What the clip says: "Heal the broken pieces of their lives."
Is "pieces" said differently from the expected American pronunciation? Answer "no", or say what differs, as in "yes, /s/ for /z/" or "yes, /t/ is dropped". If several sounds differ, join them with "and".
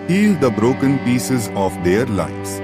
no